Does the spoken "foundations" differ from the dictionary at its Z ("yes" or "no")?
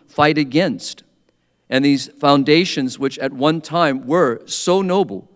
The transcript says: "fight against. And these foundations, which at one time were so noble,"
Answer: no